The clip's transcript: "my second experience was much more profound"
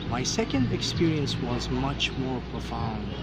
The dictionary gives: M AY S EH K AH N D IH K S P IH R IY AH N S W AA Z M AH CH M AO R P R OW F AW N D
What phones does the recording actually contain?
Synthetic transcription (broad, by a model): M AY S EH K AH N D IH K S P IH R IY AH N S W AA Z M AH CH M AO R P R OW F AW N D